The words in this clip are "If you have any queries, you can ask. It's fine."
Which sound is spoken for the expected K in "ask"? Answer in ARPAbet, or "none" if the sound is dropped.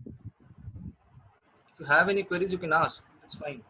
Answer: none